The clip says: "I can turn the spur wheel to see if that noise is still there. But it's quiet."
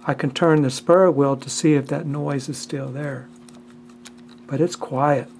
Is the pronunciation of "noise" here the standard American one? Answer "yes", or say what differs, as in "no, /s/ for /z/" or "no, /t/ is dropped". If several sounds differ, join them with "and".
yes